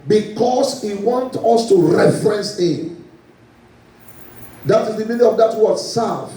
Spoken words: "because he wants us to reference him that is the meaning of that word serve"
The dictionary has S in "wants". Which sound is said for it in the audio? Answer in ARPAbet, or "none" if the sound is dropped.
none